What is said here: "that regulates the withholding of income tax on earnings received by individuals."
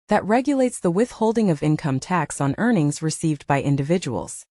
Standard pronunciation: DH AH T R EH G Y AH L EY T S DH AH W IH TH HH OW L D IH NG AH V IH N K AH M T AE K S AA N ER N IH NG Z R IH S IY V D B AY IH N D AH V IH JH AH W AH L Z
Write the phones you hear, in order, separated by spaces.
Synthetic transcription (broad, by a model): DH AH T R EH G Y AH L EY T S DH AH W IH TH HH OW L D IH NG AH V IH N K AH M T AE K S N ER N IH NG Z R IH S IY V D B AY IH N D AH V IH JH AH W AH L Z